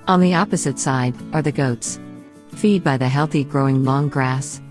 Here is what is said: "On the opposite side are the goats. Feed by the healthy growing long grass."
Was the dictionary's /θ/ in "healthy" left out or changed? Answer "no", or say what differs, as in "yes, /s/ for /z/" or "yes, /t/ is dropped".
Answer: no